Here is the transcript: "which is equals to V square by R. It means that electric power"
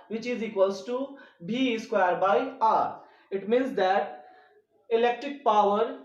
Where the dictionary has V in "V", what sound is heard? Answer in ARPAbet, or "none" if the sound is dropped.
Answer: B